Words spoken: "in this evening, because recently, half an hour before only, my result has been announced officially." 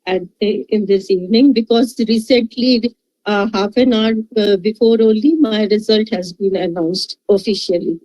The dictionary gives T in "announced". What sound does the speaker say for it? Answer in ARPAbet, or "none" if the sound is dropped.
T